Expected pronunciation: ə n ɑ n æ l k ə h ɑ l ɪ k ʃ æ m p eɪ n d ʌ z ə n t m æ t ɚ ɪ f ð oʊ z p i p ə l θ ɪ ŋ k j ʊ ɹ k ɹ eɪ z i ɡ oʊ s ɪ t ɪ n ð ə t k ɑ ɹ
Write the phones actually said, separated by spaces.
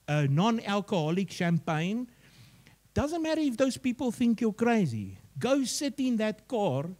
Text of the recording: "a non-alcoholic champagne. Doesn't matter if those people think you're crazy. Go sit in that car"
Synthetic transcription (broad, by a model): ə n ɑ n æ l k ə h ɑ l ɪ k ʃ æ m p eɪ n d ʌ z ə n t m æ t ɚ ɪ f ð oʊ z p i p ə l θ ɪ ŋ k j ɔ k ɹ eɪ z i ɡ oʊ s ɪ t ɪ n ð ə t k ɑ ɹ